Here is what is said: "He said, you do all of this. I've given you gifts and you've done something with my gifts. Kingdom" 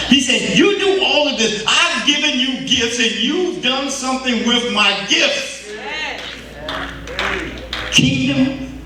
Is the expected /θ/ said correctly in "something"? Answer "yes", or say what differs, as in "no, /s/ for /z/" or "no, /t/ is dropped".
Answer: yes